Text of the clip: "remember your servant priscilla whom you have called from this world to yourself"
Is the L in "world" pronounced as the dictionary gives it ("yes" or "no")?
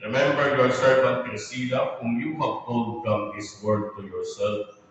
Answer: no